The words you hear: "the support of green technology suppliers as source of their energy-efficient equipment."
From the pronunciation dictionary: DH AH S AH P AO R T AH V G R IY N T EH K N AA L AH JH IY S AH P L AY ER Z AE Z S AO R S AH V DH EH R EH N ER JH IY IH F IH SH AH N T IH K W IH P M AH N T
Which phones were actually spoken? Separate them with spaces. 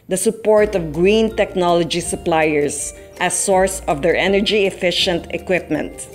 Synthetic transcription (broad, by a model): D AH S AH P AO R T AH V G R IY N T EH K N AA L AH JH IY S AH P L AY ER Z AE S AO R S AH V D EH R EH N ER JH IY IH F IH SH AH N T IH K W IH P M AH N T